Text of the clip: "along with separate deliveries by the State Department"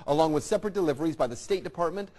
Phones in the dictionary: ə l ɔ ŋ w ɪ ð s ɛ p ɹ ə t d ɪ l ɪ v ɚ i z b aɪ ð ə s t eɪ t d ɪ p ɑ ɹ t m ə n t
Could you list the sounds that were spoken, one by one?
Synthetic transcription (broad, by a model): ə l ɔ ŋ w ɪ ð s ɛ p ɹ ə t d ɪ l ɪ v ɚ i z b aɪ ð ə s t eɪ t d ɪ p ɑ ɹ t m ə n t